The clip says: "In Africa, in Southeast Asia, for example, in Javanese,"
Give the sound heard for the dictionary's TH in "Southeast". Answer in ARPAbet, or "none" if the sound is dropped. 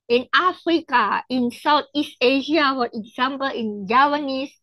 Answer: T